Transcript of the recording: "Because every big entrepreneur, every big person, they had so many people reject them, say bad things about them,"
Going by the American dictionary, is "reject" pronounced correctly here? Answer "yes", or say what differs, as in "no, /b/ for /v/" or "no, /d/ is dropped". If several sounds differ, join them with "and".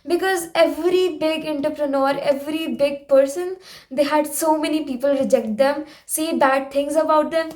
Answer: yes